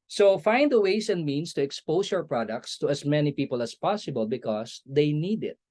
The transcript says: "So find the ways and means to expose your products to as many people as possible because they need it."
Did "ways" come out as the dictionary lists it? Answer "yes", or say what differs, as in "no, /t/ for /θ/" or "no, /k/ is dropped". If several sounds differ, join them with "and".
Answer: no, /s/ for /z/